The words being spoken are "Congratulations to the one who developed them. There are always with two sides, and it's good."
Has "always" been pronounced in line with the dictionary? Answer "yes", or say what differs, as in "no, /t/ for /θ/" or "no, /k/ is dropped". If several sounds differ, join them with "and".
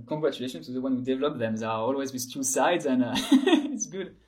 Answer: yes